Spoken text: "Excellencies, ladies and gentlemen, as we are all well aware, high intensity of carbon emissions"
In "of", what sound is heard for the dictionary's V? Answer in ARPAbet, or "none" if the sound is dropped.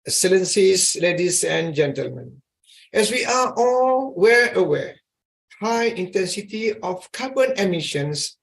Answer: F